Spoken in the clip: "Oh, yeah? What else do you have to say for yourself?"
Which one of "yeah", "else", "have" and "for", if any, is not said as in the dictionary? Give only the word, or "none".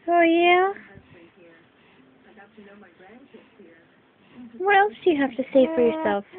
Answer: have